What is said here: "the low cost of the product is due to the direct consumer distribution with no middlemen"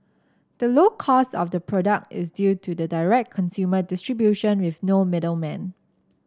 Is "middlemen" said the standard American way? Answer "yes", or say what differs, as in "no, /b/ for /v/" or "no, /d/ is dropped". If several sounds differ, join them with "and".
yes